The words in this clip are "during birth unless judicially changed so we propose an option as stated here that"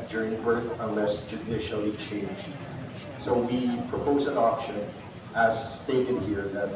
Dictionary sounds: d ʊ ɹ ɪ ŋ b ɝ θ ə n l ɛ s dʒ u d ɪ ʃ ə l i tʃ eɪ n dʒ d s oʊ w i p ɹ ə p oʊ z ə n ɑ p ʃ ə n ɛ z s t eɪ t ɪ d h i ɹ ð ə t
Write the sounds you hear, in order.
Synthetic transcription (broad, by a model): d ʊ ɹ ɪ ŋ b ɝ θ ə n l ɛ s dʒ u d ɪ ʃ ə l i tʃ eɪ n dʒ d s oʊ w i p ɹ ə p oʊ z ə n ɑ p ʃ ə n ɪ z s t eɪ t ɪ d h i ɹ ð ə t